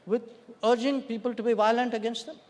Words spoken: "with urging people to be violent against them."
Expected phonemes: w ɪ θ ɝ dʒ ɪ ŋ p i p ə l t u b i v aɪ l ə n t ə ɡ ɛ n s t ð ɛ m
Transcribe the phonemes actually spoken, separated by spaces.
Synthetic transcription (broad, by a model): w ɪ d ɝ dʒ ɪ ŋ p i p ə l t u b i v aɪ l ə n t ə ɡ ɛ n s t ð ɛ m